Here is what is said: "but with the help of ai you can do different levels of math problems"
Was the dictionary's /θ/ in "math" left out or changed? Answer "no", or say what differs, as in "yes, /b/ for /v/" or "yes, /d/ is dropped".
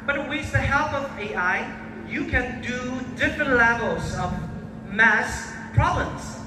yes, /s/ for /θ/